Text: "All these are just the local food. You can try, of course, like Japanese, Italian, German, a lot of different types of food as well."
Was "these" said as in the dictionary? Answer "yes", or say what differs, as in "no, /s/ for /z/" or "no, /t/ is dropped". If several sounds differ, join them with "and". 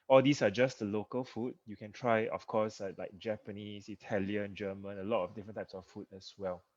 no, /s/ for /z/